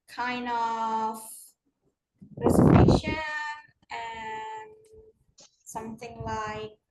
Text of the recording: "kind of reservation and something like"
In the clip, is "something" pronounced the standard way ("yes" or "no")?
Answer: yes